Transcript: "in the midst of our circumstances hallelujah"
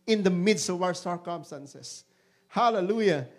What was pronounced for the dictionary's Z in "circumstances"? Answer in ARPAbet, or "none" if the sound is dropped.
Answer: S